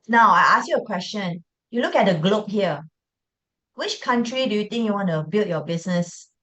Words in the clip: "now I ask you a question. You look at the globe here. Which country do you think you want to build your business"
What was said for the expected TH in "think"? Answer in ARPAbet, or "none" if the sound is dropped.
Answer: T